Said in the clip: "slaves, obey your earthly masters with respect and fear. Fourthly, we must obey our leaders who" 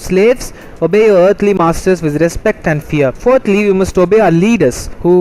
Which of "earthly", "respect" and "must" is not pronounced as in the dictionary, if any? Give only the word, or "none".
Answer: earthly